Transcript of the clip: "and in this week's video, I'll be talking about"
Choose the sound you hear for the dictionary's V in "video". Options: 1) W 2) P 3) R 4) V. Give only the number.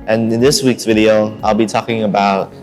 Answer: 4